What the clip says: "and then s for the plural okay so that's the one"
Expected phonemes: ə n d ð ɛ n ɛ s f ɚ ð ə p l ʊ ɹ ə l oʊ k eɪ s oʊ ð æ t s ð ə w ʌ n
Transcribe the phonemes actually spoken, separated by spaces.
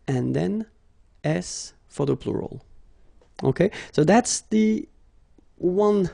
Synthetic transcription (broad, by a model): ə n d ð ɛ n ɛ s f ɚ ð ə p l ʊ ɹ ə l oʊ k eɪ s oʊ ð æ t s ð ə w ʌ n